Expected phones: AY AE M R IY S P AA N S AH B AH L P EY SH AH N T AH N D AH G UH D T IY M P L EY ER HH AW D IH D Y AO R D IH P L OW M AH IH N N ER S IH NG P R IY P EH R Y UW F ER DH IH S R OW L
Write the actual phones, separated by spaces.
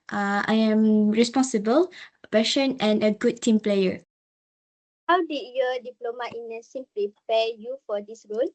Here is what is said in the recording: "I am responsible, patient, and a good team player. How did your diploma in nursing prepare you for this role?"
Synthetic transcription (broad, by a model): AY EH M R IY S P AA N S AH B AH L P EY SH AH N AH N AH G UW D T IY M P L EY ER HH AW D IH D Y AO D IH P L OW M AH IH N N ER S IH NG P R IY P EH Y UW F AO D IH S R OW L